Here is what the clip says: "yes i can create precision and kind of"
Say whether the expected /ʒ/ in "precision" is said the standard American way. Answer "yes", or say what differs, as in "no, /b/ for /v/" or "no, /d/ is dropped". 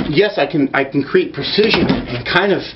yes